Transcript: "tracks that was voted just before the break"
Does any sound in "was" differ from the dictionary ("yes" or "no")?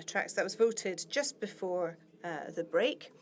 no